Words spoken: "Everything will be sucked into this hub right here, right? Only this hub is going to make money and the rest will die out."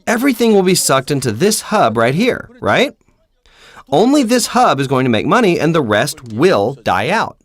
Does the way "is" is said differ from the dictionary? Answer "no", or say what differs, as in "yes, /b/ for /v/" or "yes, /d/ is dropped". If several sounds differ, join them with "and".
no